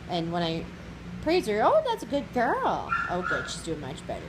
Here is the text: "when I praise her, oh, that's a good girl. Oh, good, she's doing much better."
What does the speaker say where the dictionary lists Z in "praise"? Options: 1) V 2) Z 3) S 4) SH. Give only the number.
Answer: 2